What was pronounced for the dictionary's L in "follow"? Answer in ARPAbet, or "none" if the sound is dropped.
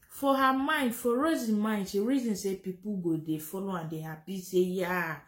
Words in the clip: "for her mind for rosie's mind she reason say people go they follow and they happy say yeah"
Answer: L